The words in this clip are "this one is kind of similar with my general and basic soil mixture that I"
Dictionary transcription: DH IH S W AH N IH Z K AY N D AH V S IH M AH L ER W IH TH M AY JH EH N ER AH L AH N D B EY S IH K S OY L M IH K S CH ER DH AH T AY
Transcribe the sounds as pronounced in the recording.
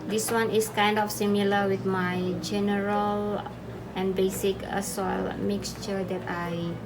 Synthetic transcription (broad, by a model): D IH S W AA N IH S K AY N D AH F S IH M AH L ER W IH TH M AY JH EH N ER AH L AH N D B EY S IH K S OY L M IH K S CH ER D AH T AY